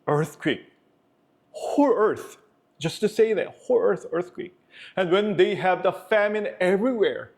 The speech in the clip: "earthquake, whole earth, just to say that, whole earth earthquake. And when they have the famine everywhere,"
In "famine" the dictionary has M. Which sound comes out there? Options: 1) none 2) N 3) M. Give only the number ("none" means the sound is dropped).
3